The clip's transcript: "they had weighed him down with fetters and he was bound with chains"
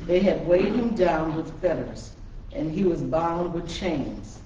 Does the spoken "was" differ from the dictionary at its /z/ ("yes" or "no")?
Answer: no